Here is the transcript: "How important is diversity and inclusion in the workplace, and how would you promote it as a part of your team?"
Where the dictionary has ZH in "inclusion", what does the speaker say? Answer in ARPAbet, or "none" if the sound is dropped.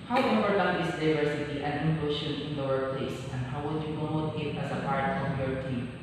SH